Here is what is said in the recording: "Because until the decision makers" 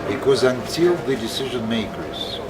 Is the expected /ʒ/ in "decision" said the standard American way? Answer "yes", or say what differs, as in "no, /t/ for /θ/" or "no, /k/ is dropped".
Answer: yes